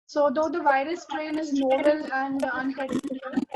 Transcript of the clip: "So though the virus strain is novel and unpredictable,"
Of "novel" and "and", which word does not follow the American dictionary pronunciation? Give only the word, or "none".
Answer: novel